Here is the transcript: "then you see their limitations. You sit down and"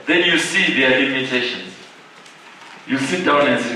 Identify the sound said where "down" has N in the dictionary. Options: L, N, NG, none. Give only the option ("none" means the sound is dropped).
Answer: N